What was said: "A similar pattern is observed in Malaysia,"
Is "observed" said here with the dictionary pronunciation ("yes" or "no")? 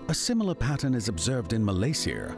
yes